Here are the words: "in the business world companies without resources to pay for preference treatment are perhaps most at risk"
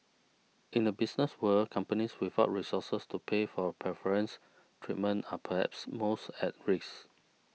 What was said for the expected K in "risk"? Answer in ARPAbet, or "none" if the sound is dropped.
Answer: none